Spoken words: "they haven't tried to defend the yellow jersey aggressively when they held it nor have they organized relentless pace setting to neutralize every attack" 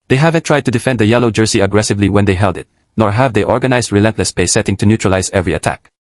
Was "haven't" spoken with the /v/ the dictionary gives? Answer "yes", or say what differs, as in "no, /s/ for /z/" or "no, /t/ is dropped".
yes